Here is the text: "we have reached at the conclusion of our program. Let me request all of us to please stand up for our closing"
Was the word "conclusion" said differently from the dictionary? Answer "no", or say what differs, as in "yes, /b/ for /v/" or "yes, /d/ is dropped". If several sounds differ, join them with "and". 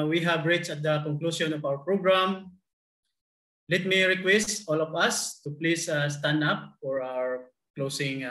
yes, /s/ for /ʒ/